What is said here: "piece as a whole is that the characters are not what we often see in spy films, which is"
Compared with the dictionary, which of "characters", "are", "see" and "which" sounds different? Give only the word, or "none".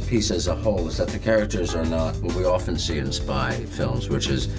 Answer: none